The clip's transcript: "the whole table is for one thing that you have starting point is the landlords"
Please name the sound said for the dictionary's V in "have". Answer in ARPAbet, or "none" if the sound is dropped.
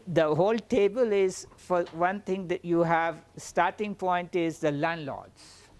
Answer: V